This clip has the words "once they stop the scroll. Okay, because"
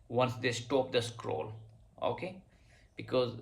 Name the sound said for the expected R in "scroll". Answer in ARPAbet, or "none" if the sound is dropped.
R